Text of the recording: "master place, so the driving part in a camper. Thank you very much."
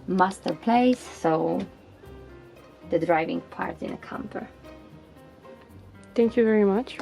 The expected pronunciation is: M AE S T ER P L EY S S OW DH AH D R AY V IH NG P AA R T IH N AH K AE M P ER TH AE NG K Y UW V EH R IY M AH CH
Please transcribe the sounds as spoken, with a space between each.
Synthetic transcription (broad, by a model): M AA S T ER P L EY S S OW DH AH D R AY V IH NG P AA R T IH N AH K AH M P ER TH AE NG K Y UW V EH R IY M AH CH